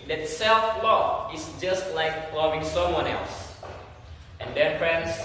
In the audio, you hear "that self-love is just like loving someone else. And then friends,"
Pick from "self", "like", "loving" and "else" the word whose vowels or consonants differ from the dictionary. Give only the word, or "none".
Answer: none